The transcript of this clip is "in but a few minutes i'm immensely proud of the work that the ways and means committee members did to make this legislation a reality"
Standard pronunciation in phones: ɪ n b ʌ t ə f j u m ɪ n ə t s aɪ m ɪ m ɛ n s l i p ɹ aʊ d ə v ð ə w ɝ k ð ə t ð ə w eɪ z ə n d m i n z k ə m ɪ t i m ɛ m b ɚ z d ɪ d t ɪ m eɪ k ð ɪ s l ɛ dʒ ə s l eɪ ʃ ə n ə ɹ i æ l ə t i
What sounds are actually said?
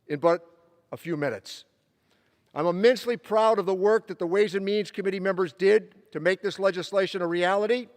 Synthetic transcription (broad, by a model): ɪ n b ʌ t ə f j u m ɪ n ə t s aɪ m ɪ m ɛ n s l i p ɹ aʊ d ə v ð ə w ɝ k ð ə t ð ə w eɪ z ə n m i n z k ə m ɪ t i m ɛ m b ɚ z d ɪ d t ɪ m eɪ k ð ɪ s l ɛ dʒ ə s l eɪ ʃ ə n ə ɹ i æ l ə t i